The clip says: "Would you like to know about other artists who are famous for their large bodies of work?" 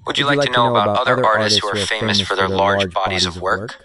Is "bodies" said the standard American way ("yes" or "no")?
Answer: yes